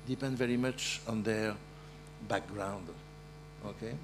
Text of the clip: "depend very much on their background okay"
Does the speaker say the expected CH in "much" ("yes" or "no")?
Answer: yes